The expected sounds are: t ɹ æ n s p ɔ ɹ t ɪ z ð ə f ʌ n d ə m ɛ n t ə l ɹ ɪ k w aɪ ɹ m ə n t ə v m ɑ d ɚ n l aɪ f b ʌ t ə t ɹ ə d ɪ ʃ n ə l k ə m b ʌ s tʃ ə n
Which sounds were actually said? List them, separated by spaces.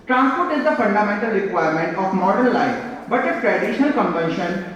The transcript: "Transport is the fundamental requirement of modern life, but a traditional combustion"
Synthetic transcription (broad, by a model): t ɹ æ n s p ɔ ɹ t ɪ z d ə f ʌ n d ə m ɛ n t ə l ɹ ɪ k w aɪ ɹ m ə n t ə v m ɑ d ɚ n l aɪ f b ʌ t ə t ɹ ə d ɪ ʃ n ə l k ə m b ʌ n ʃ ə n